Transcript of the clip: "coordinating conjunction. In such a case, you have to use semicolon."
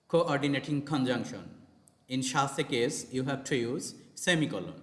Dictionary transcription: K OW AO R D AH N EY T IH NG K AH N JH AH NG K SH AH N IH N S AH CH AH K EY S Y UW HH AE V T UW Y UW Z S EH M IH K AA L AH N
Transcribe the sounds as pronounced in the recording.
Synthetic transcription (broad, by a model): K OW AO R D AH N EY T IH NG K AH N JH AH NG K SH AH N IH N SH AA S AH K EY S Y UW HH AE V T UW Y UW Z S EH M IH K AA L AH N